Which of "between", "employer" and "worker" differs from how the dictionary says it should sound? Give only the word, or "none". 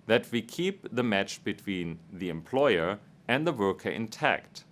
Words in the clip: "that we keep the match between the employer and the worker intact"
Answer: none